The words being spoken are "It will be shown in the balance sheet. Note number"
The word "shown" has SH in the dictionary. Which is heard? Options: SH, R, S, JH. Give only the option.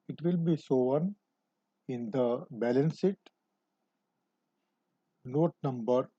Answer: S